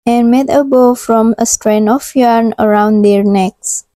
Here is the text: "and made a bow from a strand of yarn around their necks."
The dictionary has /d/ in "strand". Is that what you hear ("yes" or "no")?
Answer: no